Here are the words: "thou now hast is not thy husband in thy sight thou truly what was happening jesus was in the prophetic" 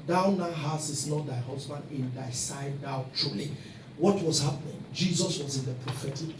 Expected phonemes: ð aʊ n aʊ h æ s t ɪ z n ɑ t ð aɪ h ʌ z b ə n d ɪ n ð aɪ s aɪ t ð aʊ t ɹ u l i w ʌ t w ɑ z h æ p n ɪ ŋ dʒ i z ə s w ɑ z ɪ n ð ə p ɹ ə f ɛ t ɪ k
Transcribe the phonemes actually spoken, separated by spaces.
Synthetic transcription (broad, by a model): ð aʊ n aʊ h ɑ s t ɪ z n ɑ t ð aɪ h ʌ z b ə n d ɪ n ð aɪ s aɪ aʊ t ɹ u l i w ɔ t w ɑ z h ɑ p n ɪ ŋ dʒ i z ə s w ɑ z ɪ n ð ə p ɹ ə f ɛ t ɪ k